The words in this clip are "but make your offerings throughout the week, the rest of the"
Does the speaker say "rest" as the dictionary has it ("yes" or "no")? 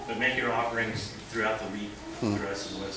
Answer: no